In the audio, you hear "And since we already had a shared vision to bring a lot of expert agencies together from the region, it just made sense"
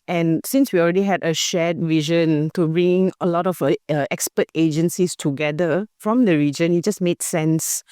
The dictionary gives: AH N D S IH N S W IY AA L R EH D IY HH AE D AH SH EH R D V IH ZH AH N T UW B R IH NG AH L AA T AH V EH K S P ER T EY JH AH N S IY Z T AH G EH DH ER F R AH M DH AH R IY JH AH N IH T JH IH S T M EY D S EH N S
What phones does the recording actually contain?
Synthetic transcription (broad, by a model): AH N S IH N S W IY AA L R EH D IY HH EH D AH SH EH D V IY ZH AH N T UW B R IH NG AH L AA T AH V EH K S P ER T EY JH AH N S IY S T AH G EH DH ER F R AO M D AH R IY JH AH N IH T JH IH S M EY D S EH N S